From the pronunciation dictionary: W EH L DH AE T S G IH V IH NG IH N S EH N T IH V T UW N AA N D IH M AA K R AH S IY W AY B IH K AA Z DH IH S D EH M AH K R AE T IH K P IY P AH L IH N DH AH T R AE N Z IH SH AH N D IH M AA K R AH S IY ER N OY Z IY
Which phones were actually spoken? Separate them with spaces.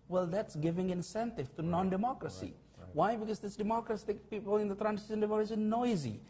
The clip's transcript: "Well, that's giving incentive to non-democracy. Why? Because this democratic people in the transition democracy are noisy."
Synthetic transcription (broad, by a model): W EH L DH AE T S G IH V IH NG IH N S EH N T IH V T UW N AA N D IH M AA K R AH S IY W AY B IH K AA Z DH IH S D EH M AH K R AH S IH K P IY P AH L IH N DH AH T R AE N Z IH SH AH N D IH M AA K R AH S IY N OY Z IY